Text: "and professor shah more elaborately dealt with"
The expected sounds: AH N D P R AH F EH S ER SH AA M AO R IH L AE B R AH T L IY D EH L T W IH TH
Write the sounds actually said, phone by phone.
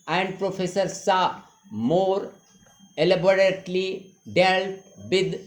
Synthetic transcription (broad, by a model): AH N D P R AH F EH S ER S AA M AO R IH L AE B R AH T L IY D EH L T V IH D